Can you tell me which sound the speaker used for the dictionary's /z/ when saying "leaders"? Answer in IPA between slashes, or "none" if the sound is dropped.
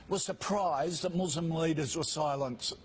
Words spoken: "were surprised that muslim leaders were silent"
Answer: /z/